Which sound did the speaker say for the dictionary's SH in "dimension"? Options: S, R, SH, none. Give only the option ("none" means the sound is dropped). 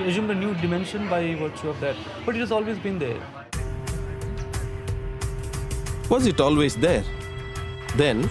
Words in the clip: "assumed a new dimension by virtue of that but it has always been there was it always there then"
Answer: SH